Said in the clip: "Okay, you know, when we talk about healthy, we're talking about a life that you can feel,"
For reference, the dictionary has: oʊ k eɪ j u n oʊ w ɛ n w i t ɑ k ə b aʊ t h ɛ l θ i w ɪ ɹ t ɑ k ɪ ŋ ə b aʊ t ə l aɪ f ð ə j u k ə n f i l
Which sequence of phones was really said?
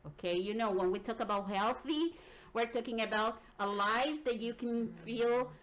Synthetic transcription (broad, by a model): oʊ k eɪ j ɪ n oʊ w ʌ n w i t ɑ k ə b aʊ t h ɛ l θ i w ɪ ɹ t ɑ k ɪ ŋ ə b aʊ t ə l aɪ f ð ə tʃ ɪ k n f i l